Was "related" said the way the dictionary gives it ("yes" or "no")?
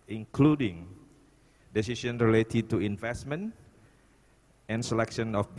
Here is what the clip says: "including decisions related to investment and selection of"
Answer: yes